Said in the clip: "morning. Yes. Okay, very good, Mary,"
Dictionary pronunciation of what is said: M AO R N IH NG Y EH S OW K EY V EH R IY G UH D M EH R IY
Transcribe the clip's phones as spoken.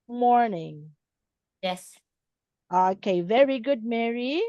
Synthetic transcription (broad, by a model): M AO R N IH NG Y EH S OW K EY V EH R IY G UH D M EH R IY